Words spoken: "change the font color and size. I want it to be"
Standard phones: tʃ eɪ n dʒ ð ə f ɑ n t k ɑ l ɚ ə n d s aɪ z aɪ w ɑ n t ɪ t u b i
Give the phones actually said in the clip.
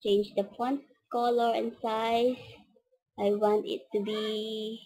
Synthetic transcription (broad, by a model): tʃ eɪ n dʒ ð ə p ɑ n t k ɑ l ɚ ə n s aɪ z aɪ w ɑ n t ɪ t u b i